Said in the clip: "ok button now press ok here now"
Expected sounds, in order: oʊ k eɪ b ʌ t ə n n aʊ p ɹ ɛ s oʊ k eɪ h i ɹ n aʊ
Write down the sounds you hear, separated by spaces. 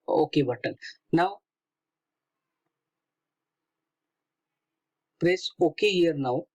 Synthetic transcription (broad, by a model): oʊ k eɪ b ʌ t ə l n aʊ p ɹ ɛ s oʊ k eɪ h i ɹ n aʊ